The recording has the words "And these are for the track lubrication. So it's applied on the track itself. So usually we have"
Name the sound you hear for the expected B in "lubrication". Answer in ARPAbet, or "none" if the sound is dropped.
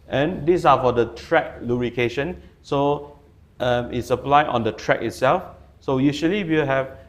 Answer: none